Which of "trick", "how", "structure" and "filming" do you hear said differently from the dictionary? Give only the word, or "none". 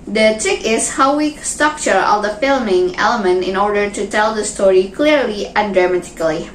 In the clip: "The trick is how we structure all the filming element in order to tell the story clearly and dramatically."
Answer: none